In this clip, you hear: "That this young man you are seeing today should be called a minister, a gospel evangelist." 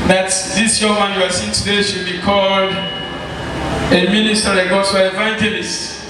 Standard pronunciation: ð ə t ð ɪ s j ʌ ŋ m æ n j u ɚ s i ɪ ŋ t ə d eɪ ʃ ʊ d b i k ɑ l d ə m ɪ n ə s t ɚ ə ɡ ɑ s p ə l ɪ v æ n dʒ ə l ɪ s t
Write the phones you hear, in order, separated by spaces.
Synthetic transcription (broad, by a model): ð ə t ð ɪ s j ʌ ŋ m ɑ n j u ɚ s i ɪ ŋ t ə d eɪ ʃ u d b i k ɑ l d ə m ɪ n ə s t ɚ ə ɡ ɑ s ə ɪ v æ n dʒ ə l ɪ s t